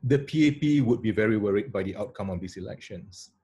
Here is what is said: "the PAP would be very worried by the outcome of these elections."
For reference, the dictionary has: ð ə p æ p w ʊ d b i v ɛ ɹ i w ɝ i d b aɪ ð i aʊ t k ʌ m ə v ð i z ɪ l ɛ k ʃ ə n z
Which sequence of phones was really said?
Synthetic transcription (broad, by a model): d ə p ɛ p w ʊ d b i v ɛ ɹ i w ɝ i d b aɪ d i aʊ t k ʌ m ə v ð i s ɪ l ɛ k ʃ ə n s